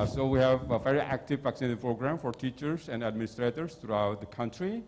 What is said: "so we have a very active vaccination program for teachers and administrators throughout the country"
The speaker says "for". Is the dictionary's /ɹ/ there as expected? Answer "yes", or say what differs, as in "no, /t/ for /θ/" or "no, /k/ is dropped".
yes